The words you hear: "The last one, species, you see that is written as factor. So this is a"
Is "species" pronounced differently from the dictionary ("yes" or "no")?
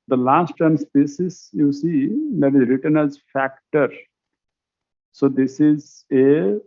yes